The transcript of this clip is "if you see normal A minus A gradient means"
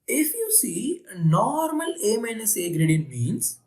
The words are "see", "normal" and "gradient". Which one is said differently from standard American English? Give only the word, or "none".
none